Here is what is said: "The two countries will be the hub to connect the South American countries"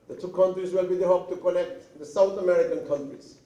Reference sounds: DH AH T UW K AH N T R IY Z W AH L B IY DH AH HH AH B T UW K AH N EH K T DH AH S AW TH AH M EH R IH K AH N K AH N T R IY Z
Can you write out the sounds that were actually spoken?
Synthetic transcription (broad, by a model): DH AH T UW K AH N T R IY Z W AH L B IY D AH HH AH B T UW K AH N EH K T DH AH S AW T AH M EH R IH K AH N K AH N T R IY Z